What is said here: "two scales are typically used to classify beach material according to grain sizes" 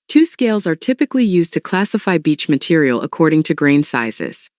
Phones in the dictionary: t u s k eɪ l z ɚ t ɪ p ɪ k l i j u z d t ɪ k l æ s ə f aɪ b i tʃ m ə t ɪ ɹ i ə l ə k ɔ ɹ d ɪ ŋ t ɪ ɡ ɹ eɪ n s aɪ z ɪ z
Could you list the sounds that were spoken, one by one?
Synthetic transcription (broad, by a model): t u s k eɪ l z ɚ t ɪ p ɪ k l i j u z t ɪ k l æ s ə f aɪ b i tʃ m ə t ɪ ɹ i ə l ə k ɔ ɹ d ɪ ŋ t ɪ ɡ ɹ eɪ n s aɪ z ɪ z